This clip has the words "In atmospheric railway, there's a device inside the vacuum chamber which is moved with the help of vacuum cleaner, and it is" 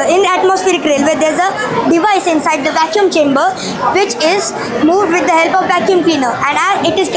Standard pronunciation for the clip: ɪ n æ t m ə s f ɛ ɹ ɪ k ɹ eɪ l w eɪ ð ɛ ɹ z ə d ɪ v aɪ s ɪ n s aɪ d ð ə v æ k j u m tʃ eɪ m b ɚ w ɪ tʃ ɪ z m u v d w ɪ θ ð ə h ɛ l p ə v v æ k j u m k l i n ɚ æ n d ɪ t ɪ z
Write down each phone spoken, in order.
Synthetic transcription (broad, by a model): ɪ n æ t m ə s f ɛ ɹ ɪ k ɹ eɪ l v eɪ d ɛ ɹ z ə d ɪ v aɪ s ɪ n s aɪ d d ə v æ k j u m tʃ eɪ m b ɚ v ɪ tʃ ɪ z m u v d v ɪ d ə h ɛ l p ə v v æ k j u m k l i n ɚ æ n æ ɪ t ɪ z